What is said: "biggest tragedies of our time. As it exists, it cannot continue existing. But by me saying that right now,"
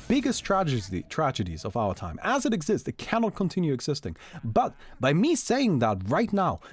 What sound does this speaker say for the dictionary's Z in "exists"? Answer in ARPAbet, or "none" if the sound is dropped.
Z